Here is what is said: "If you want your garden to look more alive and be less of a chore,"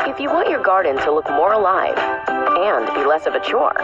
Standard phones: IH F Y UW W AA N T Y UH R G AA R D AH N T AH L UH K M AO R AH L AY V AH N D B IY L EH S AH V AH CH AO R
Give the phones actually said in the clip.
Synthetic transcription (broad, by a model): IH F Y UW W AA N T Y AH R G AA R D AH N T AH L UH K M AO R AH L AY V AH N B IY L EH S AH V AH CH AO R